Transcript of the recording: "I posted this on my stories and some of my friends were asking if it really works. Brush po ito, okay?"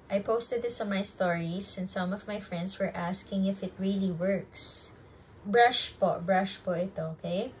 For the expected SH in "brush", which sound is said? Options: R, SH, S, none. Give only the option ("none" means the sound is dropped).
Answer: SH